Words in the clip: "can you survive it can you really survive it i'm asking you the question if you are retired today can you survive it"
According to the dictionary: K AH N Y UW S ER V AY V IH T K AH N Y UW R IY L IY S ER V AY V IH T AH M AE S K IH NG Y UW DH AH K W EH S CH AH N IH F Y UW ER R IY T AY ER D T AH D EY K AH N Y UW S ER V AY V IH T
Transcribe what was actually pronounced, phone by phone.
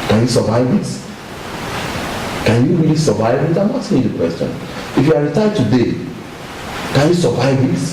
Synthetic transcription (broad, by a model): K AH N Y UW S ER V AY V IH T K AH N Y UW R IY L IY S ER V AY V IH T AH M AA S IH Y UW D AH K W EH S CH AH N IH F Y UW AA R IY T AY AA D T AH D EY K AH N Y UW S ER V AY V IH T